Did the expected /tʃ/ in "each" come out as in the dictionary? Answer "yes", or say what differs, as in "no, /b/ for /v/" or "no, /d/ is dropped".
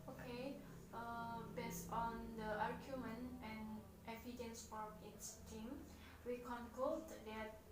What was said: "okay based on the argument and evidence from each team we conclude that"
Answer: no, /s/ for /tʃ/